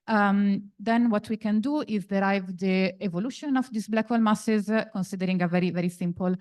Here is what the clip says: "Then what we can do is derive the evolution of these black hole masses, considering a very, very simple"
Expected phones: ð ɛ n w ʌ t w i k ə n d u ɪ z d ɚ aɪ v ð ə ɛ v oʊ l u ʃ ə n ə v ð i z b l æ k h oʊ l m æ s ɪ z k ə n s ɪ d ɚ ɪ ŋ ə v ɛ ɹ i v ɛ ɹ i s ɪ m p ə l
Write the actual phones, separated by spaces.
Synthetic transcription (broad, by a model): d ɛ n w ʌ t w i k ə n d u ɪ z d ɚ aɪ v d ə ɛ v oʊ l u ʃ ə n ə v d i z b l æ k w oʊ l m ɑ s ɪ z k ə n s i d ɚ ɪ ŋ ə v ɛ ɹ i v ɛ ɹ i s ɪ m p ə l